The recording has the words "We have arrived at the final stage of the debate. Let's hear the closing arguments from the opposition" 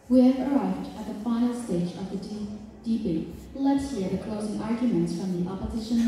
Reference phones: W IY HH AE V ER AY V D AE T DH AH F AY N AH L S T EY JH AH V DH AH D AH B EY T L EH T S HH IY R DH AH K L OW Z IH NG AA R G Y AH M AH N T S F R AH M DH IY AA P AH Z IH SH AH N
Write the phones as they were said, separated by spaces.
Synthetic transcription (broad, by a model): W IY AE V ER AY V D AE T DH AH F AY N L S T EY JH AH V DH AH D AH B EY L EH T S HH IY R DH AH K L OW Z IH NG AA R G Y AH M AH N T S F R AH M DH IY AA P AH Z IH SH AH N